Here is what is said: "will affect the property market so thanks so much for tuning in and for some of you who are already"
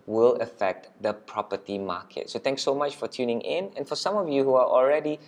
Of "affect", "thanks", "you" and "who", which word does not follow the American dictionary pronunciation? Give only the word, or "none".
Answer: thanks